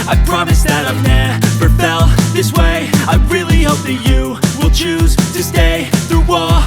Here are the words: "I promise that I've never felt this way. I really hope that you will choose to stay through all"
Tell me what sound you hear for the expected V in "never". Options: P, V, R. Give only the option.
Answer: P